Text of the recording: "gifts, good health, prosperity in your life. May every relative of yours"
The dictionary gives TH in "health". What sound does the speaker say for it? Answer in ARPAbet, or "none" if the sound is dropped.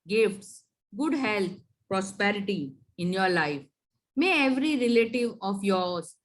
T